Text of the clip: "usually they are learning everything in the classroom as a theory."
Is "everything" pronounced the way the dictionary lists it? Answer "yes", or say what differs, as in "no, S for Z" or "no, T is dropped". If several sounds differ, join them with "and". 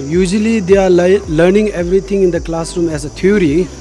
no, T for TH